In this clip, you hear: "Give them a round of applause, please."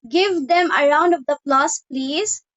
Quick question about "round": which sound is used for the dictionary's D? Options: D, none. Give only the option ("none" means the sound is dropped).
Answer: D